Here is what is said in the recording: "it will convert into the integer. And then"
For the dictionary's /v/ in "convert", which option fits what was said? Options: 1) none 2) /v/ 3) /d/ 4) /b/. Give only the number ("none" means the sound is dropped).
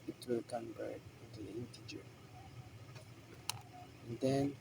4